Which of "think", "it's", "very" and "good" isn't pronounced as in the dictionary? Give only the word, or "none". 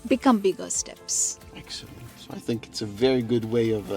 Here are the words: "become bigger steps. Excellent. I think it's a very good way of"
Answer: none